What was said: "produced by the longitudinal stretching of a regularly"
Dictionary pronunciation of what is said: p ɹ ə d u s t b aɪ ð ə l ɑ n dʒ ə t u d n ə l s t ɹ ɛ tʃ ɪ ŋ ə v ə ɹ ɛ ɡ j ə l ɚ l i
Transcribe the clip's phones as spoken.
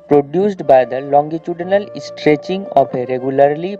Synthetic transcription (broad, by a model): p ɹ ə d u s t b aɪ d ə l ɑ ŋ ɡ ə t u d n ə l s t ɹ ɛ tʃ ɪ ŋ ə p ə ɹ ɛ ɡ j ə l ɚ l i